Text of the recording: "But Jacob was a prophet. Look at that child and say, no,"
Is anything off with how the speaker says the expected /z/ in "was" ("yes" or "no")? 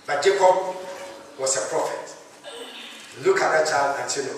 yes